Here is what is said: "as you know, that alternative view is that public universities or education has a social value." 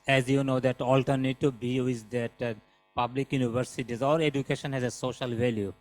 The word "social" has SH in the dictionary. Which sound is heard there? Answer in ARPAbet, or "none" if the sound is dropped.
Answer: SH